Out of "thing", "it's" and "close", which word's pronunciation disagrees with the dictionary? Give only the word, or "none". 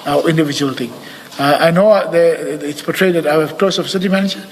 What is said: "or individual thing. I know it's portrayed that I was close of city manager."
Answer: thing